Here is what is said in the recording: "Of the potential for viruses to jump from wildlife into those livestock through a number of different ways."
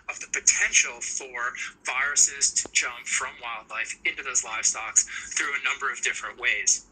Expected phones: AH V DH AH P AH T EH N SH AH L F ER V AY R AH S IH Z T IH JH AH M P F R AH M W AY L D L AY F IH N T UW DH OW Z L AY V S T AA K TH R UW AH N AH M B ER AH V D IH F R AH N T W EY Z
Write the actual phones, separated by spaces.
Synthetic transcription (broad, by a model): AH V DH AH P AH T EH N SH L F ER V AY R AH S IH Z T IH JH AH M P F R AH M W AY L D L AY F IH N T UW DH OW Z L AY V S T AA K TH R UW AH N AH M B ER AH V D IH F R AH N T W EY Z